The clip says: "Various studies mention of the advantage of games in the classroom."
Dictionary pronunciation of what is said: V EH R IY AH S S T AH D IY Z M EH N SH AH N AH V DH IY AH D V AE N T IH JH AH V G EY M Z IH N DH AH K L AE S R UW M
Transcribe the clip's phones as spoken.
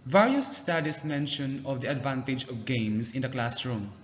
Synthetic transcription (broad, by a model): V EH R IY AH S S T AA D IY S M EH N SH AH N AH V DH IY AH D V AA N T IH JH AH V G EY M S IH N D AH K L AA S R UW M